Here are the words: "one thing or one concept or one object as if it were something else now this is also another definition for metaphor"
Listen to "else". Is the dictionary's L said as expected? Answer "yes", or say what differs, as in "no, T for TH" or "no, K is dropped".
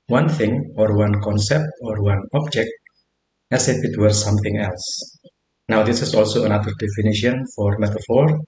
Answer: yes